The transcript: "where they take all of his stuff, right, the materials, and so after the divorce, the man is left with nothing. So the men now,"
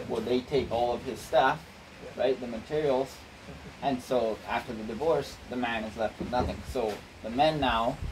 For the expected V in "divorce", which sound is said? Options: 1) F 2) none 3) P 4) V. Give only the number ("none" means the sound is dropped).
4